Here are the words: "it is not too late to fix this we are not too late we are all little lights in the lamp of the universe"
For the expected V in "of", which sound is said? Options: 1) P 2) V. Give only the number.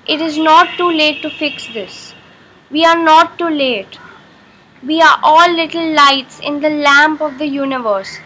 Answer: 2